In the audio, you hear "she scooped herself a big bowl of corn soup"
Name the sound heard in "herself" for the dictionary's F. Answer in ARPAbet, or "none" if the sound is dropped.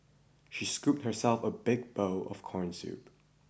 F